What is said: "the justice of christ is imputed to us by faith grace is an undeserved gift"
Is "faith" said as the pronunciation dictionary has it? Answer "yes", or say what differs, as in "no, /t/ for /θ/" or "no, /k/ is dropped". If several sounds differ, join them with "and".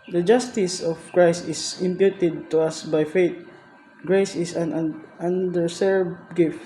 no, /t/ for /θ/